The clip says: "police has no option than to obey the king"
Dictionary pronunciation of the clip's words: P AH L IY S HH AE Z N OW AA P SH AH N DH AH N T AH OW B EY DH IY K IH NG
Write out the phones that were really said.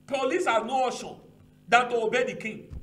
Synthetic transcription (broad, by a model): P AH L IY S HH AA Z N OW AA SH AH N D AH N T AH OW B EY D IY K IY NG